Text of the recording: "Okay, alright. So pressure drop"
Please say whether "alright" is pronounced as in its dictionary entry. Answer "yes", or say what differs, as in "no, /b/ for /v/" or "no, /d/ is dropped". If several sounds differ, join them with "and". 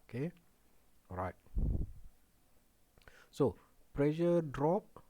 no, /l/ is dropped